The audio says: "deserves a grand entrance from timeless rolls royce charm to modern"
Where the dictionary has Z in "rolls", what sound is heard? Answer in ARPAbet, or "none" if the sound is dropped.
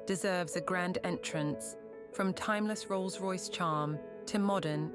Z